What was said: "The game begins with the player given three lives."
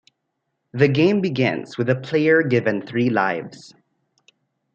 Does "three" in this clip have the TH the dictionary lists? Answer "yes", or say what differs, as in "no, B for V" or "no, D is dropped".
yes